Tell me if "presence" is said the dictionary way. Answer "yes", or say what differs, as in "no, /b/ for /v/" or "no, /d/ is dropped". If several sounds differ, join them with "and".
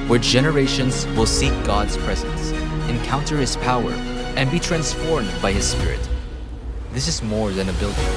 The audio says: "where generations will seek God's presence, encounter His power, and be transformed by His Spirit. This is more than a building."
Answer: yes